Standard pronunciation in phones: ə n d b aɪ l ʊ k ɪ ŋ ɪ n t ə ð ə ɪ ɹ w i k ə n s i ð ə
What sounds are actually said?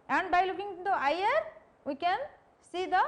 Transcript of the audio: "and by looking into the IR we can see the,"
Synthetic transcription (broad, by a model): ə n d b aɪ l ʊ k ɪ ŋ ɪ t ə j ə ɹ w i k ə n s i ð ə